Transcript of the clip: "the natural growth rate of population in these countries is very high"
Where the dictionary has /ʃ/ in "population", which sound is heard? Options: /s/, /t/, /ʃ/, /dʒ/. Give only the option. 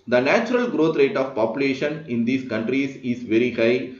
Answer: /ʃ/